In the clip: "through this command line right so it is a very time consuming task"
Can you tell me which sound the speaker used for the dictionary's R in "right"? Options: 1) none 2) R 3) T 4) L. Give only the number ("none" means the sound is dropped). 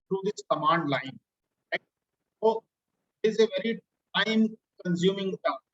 4